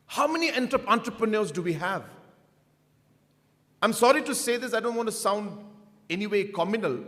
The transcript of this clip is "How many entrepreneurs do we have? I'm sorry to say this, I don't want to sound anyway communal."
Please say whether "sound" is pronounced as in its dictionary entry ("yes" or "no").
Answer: yes